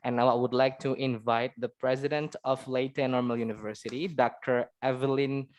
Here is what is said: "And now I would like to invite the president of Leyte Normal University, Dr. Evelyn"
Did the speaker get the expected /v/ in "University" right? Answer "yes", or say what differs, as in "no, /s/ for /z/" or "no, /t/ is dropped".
yes